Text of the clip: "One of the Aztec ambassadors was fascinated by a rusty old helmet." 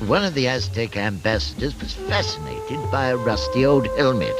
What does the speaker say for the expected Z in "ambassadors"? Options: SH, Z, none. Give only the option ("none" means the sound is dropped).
Z